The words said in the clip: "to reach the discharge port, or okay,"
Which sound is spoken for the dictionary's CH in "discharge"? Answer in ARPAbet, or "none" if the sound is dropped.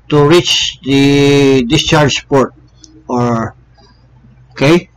CH